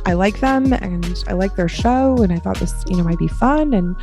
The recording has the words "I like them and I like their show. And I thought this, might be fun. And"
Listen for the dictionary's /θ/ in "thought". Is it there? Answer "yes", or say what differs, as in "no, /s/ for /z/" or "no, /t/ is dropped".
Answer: yes